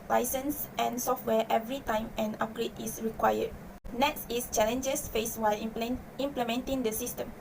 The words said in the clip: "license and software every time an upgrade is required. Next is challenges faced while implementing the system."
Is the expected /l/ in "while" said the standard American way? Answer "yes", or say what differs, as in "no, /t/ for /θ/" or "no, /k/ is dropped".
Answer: yes